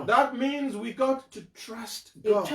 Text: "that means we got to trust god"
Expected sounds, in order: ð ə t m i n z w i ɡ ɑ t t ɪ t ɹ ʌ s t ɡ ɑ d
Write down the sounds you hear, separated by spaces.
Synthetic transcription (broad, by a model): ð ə t m i n z w i ɡ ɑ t t ɪ t ɹ ʌ s t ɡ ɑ